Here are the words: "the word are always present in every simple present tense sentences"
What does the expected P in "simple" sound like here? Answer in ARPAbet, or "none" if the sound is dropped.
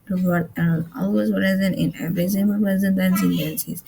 none